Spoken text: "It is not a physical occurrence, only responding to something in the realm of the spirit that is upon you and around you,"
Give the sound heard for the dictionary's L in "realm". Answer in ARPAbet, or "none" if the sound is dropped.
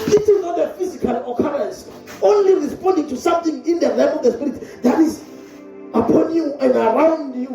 none